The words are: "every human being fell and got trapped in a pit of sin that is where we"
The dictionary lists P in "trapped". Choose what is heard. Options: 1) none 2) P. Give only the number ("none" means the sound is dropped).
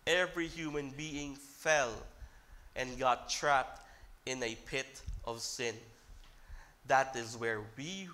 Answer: 2